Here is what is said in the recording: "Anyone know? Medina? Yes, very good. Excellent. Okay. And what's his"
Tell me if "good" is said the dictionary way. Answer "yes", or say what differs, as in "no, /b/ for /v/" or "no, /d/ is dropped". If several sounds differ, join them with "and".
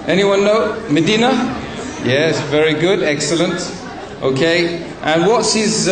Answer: yes